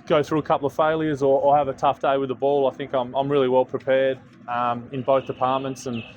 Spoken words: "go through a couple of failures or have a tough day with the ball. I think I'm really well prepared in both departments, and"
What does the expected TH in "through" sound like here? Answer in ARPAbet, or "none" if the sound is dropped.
TH